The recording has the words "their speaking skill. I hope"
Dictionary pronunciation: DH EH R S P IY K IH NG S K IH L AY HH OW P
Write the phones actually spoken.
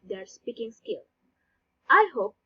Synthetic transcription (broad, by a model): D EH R S P IY K IH NG S K IH L AY HH OW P